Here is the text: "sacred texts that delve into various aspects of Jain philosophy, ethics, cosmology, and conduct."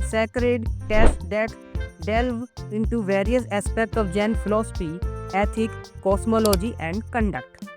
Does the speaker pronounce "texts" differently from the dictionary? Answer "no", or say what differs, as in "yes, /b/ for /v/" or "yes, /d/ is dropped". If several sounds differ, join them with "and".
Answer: yes, /k/ is dropped